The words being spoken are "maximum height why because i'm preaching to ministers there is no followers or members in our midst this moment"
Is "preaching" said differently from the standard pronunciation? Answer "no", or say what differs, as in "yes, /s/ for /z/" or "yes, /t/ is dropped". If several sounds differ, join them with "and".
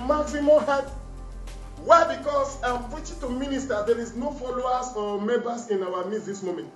yes, /ɹ/ is dropped